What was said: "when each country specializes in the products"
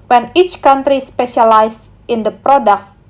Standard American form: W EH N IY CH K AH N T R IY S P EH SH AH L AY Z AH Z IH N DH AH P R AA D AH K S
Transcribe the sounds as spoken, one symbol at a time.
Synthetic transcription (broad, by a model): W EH N IY CH K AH N T R IY S P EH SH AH L AY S IH N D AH P R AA D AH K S